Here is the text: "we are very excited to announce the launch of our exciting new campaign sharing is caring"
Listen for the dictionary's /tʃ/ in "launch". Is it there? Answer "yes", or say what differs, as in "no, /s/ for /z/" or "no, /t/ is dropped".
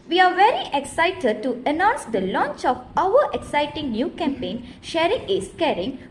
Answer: yes